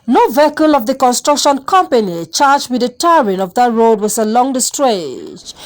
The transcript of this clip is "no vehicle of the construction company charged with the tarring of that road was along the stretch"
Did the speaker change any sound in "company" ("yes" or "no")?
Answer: no